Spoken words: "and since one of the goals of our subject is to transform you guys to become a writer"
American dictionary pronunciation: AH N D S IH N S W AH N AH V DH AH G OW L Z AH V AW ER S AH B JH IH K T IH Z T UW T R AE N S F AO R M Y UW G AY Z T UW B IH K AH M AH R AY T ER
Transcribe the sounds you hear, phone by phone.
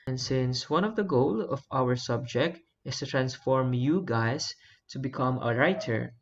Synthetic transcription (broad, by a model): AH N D S IH N S W AH N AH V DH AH G OW L AH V AW ER S AH B JH IH K T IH S T UW T R AE N S F AO R M Y UW G AY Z T UW B IH K AH M AH R AY T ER